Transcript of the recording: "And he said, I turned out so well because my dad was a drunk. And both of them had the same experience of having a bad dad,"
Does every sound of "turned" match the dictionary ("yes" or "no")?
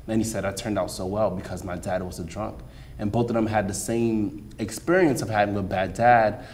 yes